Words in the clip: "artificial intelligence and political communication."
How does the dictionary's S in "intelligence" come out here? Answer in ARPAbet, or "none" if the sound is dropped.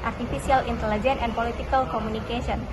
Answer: none